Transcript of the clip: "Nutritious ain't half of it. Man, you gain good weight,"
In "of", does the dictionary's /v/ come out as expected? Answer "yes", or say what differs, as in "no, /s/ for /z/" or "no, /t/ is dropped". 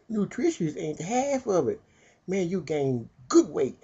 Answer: yes